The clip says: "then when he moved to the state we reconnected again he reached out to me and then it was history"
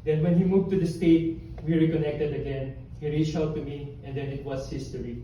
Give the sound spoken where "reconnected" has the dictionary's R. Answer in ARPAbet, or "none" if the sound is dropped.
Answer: R